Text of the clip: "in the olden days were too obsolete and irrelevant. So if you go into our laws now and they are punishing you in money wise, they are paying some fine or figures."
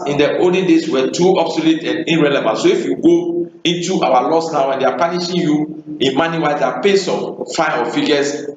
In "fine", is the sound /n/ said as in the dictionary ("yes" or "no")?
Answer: no